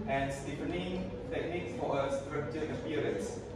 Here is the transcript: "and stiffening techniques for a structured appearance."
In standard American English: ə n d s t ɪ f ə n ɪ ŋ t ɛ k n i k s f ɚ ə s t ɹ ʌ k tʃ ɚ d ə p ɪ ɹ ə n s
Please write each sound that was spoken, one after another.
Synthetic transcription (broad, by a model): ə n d s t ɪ p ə n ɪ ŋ t ɛ k n i k s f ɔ ə s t ɹ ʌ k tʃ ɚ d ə p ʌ ɹ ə n s